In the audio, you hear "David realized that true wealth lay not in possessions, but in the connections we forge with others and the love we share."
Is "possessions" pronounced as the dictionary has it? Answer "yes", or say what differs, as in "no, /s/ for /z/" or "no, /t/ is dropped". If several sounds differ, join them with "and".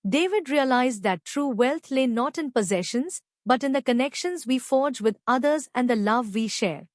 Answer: yes